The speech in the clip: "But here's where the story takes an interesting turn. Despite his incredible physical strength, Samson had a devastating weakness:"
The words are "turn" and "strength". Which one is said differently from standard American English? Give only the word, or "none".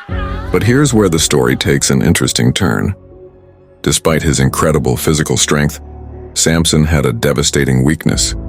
none